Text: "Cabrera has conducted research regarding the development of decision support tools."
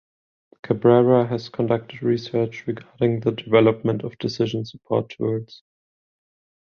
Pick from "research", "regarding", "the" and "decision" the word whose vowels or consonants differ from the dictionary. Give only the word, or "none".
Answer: none